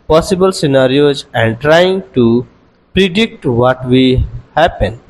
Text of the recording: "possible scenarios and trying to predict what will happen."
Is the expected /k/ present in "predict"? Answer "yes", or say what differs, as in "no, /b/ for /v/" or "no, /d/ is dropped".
yes